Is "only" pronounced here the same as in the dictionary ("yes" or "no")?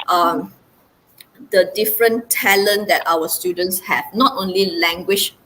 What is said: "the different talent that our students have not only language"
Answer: yes